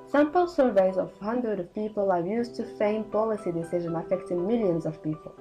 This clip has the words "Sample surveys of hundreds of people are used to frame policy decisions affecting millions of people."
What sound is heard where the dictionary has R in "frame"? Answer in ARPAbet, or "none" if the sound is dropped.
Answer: none